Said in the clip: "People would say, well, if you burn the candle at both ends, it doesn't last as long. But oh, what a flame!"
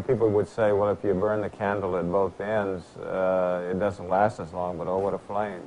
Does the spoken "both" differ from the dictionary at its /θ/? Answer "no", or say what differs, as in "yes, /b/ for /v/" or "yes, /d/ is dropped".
no